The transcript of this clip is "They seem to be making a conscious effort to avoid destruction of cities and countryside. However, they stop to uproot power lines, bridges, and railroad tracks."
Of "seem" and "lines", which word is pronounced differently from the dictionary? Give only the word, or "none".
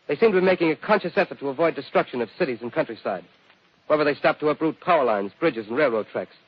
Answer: none